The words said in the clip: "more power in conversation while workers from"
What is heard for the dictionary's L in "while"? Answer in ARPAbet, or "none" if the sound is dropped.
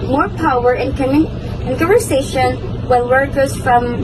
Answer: N